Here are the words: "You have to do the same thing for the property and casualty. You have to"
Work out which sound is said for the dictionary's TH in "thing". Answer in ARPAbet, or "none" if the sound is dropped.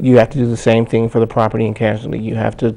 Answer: TH